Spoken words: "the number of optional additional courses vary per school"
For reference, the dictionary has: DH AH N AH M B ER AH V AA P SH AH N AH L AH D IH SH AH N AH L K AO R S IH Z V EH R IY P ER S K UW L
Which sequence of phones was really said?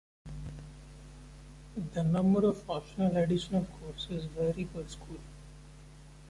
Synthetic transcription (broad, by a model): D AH N AH M B ER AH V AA SH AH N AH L AH D IH SH AH N AH L K AO R S IH Z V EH R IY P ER S K UW L